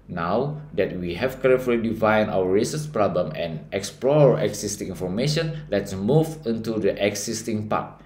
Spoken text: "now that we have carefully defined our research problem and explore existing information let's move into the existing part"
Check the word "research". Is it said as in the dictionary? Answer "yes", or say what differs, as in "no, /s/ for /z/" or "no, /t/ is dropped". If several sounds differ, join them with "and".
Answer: no, /s/ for /tʃ/